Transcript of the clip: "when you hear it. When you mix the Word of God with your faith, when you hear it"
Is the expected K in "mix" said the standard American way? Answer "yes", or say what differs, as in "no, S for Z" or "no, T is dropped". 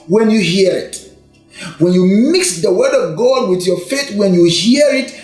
yes